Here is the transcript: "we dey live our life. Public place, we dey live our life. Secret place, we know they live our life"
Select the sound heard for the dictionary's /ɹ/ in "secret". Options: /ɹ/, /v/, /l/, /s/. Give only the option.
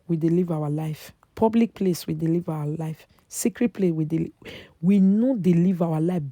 /ɹ/